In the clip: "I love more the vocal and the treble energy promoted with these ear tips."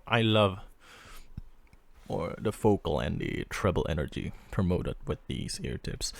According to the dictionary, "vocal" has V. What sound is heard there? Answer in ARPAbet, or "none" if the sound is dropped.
F